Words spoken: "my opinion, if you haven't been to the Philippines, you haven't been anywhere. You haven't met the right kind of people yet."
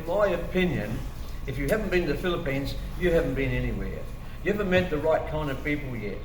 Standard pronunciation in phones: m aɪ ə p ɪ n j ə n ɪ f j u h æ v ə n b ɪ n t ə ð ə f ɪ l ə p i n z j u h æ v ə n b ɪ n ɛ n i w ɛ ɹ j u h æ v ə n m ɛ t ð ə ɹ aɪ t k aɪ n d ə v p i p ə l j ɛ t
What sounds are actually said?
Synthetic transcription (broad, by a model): m aɪ ə p ɪ n j ə n ɪ f j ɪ h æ v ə n b ɪ n ð ə f ɪ l ə p i n z j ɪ h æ v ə n b ɪ n ɛ n i w ɛ ɹ j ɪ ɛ v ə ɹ m ɛ t ð ə ɹ aɪ t k aɪ n d ə v p i p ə l j ɛ t